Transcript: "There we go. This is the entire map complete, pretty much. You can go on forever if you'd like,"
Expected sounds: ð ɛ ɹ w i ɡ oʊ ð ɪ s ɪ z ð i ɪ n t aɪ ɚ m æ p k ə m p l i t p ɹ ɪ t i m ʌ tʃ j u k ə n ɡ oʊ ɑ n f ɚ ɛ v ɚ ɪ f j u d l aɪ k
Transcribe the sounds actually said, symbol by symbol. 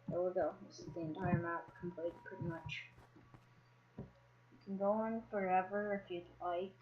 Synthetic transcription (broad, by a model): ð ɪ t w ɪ ɡ oʊ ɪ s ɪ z ð i ɪ n t aɪ ɚ m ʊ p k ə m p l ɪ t p ɹ ɪ t i m ʌ tʃ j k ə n ɡ oʊ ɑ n f ɚ ɛ v ɚ ɪ f j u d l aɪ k